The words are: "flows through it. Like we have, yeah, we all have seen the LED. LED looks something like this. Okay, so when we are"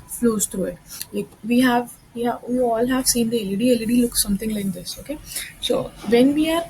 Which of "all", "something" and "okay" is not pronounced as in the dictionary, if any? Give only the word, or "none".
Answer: something